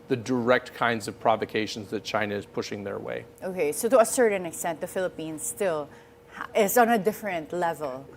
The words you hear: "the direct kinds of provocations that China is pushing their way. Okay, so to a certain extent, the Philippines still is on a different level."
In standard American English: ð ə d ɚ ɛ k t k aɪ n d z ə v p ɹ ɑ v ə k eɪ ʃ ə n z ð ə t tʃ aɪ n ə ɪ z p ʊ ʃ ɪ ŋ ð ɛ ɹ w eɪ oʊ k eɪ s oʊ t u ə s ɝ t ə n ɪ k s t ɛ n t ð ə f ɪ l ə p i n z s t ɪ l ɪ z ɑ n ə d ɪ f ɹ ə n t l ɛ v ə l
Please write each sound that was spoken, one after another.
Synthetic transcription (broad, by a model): ð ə d ɚ ɛ k t k aɪ n d z ə v p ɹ ɑ v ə k eɪ ʃ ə n z ð ə t tʃ aɪ n ə ɪ z p ʊ ʃ ɪ ŋ ð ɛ ɹ w eɪ oʊ k eɪ s oʊ t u ə s ɝ t ə n ɪ k s t ɛ n t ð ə f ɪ l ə p i n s t ɪ l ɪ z ɑ n ə d ɪ f ɹ ə n t l ɛ v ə l